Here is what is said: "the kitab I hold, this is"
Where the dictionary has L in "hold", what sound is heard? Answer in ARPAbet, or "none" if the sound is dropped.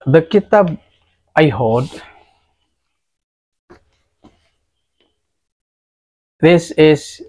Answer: none